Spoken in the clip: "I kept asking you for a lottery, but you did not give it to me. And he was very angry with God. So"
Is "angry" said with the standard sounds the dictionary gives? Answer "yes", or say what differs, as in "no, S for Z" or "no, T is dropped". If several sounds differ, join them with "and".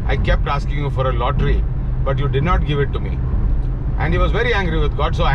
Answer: yes